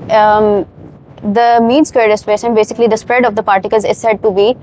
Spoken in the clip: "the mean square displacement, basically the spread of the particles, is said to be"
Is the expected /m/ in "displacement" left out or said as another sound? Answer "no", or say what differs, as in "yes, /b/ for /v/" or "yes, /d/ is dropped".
yes, /m/ is dropped